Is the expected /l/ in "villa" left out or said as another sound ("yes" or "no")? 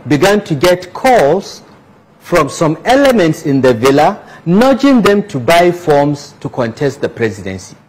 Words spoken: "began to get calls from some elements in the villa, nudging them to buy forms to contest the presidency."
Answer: no